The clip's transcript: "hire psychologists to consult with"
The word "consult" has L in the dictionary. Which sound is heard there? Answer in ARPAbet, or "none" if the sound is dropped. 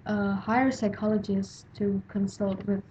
L